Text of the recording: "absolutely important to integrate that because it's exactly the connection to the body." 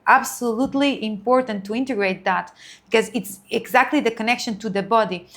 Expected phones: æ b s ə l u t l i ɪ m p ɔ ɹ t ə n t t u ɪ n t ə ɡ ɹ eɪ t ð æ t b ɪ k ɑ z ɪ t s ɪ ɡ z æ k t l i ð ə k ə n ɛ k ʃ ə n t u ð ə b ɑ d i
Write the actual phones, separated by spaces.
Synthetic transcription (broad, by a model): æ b s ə l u t l i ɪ m p ɔ ɹ t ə n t t u ɪ n t ə ɡ ɹ eɪ t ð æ t b ɪ k ɑ z ɪ t s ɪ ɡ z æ k t l i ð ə k ə n ɛ k ʃ ə n t u ð ə b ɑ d i